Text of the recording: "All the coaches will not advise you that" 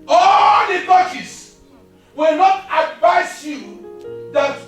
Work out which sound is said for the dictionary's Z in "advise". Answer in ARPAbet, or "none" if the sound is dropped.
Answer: S